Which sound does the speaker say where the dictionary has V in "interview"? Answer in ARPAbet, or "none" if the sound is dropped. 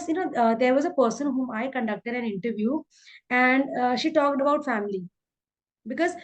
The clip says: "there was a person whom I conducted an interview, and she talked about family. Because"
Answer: V